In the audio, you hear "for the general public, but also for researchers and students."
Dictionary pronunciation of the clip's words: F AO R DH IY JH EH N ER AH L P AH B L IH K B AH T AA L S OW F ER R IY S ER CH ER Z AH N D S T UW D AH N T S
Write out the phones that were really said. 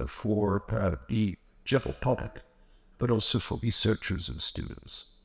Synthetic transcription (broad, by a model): F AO R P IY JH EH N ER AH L P AH B L IH K B AH T AA L S OW F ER R IY S ER CH ER Z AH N S T UW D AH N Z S